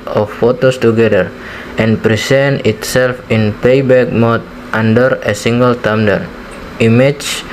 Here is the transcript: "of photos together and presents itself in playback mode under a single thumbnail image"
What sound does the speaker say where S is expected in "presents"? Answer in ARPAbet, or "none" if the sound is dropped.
none